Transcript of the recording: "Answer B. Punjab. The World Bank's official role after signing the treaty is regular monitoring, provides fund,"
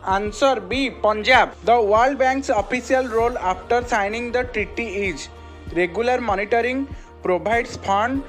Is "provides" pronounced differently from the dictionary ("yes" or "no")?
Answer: yes